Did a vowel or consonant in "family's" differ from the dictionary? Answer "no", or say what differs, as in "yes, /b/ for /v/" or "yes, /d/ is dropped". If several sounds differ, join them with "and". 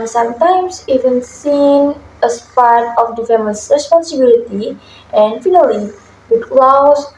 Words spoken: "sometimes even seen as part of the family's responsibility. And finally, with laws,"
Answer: yes, /l/ is dropped and /s/ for /z/